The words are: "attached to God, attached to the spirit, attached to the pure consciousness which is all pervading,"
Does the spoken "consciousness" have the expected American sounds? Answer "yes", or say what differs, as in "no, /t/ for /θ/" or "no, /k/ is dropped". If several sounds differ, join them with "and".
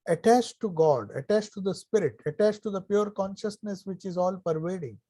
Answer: yes